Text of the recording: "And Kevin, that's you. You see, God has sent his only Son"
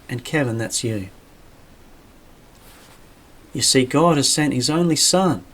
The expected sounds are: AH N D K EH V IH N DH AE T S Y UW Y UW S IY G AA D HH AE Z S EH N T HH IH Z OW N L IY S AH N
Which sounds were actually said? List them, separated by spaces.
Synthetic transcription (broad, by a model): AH N K EH V IH N DH AE T S Y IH Y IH S IY G AA D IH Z S EH N T HH IH Z OW N L IY S AH N